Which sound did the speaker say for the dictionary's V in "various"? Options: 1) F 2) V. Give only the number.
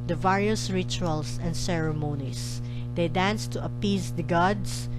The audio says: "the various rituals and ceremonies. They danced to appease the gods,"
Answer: 2